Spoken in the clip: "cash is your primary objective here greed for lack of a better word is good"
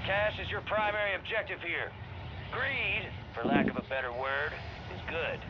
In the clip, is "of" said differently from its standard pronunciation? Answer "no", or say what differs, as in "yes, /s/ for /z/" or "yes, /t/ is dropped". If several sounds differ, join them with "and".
no